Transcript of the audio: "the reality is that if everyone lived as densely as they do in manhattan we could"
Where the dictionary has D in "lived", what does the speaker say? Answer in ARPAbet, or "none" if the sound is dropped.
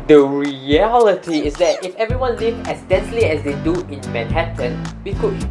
none